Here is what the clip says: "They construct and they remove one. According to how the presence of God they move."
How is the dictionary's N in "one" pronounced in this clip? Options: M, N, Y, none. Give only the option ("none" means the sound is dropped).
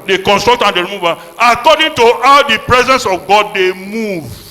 none